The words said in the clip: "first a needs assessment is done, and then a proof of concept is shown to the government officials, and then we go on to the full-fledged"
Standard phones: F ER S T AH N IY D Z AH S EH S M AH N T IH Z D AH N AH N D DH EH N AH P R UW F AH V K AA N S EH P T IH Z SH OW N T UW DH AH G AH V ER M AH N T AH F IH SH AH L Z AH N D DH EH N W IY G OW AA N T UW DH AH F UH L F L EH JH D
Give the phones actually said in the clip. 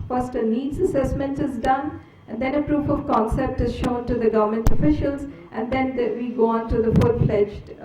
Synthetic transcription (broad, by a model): F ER S T AH N IY D Z AH S EH S M AH N T IH Z D AH N AH N D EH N AH P R UW F AH V K AA N S EH P T IH Z SH OW N T UW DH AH G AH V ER M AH N T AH F IH SH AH L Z AH N D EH N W IY G OW AA N T UW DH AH F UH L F L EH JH